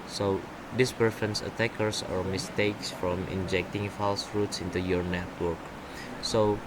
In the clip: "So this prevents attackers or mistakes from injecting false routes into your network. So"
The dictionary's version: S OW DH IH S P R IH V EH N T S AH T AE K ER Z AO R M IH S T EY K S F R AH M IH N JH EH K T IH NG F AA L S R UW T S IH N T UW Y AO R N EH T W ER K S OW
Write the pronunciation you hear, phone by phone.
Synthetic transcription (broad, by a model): S OW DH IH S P IH F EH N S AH T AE K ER S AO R M IH S T EY K S F R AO M IH N JH EH K T IH NG F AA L S R UW T S IH N T UW Y AO R N EH T W ER K S OW